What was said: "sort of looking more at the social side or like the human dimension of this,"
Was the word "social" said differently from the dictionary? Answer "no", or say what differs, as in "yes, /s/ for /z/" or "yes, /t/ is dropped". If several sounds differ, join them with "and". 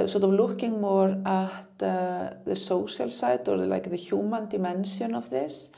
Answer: yes, /s/ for /ʃ/